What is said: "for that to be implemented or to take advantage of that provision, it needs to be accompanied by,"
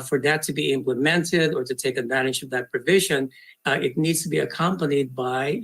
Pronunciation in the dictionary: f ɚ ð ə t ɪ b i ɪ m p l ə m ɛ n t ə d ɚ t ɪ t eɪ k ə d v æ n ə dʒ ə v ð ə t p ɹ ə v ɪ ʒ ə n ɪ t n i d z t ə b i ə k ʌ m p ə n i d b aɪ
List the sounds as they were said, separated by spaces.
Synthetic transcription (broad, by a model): f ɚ ð ə t ɪ b i ɪ m p l ə m ɛ n t ə d ɚ t ɪ t eɪ k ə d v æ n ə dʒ ə v ð ə t p ɹ ə v ɪ ʒ ə n ɪ t n i d z t ə b i ə k ʌ m p ə n i d b aɪ